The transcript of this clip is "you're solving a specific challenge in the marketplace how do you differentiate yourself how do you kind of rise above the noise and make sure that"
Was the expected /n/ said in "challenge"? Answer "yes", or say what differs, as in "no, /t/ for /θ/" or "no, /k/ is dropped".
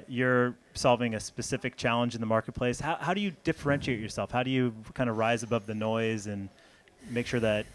yes